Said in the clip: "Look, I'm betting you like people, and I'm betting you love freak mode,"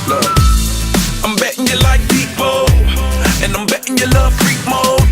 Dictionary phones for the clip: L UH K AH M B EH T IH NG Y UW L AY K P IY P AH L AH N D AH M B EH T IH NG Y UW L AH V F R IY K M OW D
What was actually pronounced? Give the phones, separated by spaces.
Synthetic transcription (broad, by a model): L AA AH M B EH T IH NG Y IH L AY K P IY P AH N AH AH M B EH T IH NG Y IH L AH V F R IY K M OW